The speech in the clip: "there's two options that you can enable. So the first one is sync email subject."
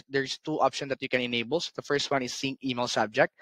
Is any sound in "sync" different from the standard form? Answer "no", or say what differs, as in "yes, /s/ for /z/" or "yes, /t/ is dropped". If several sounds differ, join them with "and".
yes, /k/ is dropped